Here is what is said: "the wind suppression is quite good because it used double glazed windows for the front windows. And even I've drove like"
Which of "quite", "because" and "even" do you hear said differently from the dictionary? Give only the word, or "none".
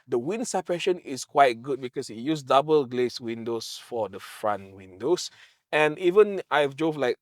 because